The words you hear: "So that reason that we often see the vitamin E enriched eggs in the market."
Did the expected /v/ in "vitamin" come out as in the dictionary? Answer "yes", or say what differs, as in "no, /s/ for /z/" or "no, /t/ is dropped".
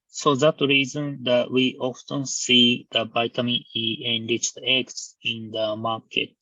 no, /b/ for /v/